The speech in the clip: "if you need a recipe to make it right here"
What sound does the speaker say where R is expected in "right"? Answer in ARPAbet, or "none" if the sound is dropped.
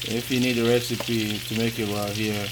L